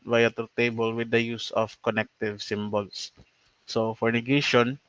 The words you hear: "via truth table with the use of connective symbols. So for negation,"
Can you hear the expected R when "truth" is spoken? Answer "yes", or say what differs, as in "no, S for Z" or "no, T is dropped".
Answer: no, R is dropped